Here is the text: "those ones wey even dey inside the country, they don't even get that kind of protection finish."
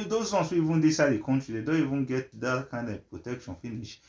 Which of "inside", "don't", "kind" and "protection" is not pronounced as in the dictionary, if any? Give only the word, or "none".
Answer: inside